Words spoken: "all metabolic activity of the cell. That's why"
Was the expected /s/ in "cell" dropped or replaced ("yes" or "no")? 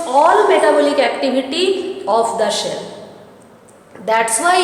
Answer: yes